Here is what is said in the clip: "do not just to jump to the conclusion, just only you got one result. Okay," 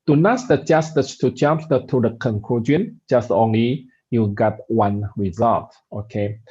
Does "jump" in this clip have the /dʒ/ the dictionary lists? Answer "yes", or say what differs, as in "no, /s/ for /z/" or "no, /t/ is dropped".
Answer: no, /tʃ/ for /dʒ/